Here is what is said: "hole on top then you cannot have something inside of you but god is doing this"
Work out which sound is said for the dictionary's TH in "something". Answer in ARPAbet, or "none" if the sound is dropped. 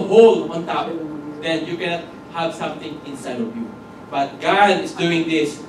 T